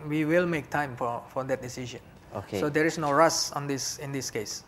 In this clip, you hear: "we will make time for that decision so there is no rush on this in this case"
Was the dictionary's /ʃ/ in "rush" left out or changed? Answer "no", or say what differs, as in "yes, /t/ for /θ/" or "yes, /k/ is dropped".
yes, /s/ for /ʃ/